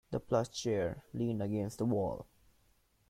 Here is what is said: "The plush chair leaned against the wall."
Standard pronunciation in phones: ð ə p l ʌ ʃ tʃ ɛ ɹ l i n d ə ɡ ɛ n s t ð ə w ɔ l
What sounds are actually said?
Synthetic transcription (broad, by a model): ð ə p l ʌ s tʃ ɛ ɹ l i n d ə ɡ ɛ n s t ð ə w ɔ l